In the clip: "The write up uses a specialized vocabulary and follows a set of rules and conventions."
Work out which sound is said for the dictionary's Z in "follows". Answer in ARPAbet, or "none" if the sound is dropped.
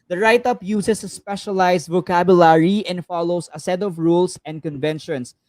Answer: S